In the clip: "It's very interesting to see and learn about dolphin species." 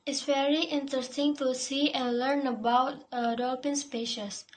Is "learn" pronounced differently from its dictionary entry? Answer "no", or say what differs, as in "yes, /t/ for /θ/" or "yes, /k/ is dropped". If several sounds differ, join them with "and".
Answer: no